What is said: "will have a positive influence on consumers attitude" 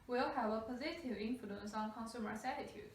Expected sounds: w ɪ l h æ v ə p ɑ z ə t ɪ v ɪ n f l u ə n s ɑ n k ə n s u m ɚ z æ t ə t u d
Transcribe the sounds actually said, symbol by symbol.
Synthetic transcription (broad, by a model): w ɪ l h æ v ə p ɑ z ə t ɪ v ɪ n f l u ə n s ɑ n k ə n s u m ɚ s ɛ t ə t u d